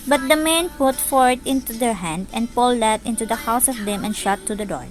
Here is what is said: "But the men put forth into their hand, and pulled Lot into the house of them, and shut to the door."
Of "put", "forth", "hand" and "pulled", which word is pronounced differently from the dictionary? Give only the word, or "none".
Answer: forth